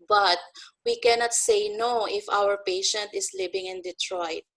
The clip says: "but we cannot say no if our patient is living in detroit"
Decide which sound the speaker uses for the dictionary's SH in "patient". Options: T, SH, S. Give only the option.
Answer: SH